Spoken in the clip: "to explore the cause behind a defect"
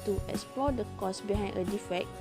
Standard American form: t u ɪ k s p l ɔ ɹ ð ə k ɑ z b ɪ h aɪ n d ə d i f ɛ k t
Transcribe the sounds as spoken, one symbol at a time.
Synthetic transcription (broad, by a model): t u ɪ k s p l ɔ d ə k ɑ s b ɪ h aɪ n ə d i f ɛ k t